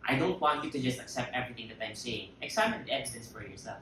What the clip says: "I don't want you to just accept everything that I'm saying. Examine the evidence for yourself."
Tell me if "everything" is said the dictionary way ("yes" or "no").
yes